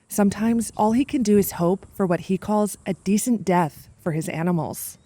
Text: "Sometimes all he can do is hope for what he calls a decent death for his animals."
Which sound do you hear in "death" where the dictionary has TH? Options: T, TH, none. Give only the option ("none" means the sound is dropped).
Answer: TH